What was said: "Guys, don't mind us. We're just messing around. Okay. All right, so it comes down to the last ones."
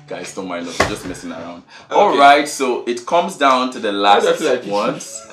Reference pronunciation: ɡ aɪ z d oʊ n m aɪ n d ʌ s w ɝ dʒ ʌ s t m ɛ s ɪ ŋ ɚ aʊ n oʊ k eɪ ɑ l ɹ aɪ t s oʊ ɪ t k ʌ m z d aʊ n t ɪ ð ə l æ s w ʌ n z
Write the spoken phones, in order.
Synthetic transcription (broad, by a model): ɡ aɪ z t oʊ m aɪ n ɔ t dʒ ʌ s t m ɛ s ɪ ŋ ɚ aʊ n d ɑ l ɹ aɪ t s oʊ ɪ t k ʌ m z d aʊ n t ɪ ð ə l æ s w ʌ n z